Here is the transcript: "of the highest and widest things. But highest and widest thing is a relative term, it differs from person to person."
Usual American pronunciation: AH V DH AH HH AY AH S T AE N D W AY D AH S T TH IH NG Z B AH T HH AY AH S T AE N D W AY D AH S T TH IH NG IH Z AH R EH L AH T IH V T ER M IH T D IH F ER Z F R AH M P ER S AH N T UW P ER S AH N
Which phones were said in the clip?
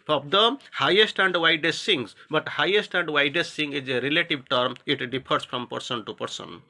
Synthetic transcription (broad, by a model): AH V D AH HH AY AH S T AE N D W AY D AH S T S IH NG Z B AH T HH AY AH S T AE N D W AY D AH S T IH NG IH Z AH R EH L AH T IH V T ER M IH T D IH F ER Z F R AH M P ER S AH N T UW P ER S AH N